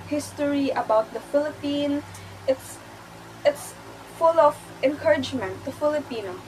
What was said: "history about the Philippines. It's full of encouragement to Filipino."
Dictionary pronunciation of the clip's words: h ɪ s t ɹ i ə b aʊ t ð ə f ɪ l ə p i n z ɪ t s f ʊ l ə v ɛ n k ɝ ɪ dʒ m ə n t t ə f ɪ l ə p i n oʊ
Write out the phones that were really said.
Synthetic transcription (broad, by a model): h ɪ s t ɹ i ə b aʊ t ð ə f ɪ l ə p i n s ɪ t s f ʊ l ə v ɛ n k ɝ ɪ dʒ m ə n t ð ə f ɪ l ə p i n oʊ